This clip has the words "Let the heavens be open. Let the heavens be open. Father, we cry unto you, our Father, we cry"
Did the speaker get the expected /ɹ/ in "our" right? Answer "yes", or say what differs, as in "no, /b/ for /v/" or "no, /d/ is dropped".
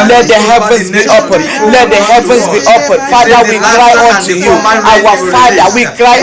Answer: no, /w/ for /ɹ/